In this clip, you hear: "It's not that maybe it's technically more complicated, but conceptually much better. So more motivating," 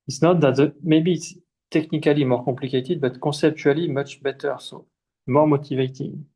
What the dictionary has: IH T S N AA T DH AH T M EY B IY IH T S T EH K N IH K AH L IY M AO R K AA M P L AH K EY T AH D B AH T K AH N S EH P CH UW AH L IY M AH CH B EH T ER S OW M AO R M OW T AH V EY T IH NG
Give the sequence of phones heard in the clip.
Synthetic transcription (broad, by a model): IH T S N AA T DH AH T M EY B IY T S T EH K N IH K AH L IY M AO R K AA P L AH K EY T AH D B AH T K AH S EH P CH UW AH L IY M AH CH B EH T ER S OW M AO R M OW T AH V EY T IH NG